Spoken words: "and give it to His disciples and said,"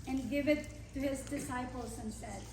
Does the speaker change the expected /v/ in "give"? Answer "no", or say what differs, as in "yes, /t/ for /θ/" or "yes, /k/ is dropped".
no